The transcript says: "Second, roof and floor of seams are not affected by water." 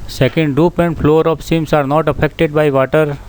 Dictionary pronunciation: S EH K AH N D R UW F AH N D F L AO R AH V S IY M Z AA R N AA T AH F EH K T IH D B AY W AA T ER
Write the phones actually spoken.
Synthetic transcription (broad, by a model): S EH K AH N D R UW P AH N D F L AO R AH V S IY M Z AA R N AA T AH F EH K T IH D B AY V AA T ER